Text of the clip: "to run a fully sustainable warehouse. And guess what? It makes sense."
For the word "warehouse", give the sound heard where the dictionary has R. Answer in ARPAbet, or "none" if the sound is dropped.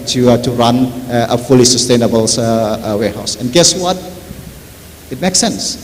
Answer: W